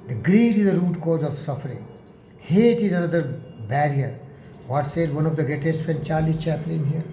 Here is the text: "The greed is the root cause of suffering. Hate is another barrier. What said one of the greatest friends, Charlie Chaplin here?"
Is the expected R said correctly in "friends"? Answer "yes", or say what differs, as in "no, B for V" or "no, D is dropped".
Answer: no, R is dropped